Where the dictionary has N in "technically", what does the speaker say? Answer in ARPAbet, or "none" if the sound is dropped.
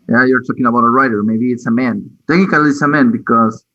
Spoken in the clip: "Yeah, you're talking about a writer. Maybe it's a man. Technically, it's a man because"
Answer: none